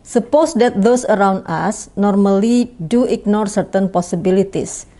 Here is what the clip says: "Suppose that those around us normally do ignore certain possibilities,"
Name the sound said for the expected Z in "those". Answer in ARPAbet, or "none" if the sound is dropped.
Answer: S